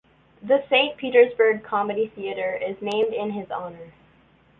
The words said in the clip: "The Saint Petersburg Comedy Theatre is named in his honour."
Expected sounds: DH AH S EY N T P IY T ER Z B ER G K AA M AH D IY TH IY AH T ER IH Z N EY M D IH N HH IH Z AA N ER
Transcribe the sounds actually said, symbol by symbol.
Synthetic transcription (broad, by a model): DH AH S EY N P IY T ER Z B ER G K AA M AH D IY TH IY AH T ER IH Z N EY M D IH N IH Z AA N ER